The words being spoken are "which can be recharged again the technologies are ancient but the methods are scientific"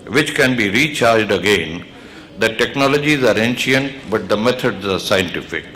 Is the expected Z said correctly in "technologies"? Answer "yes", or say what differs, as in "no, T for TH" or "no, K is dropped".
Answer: yes